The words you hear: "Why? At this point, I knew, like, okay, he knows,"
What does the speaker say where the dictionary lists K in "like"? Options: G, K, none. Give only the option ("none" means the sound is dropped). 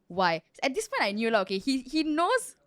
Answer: none